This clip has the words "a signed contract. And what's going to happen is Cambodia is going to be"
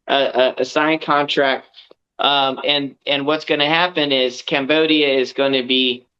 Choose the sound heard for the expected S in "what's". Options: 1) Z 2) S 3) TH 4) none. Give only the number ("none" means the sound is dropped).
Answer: 2